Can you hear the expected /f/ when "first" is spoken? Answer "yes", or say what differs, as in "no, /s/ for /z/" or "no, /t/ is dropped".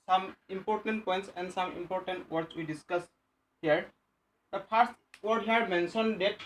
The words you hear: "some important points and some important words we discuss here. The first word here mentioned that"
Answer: no, /p/ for /f/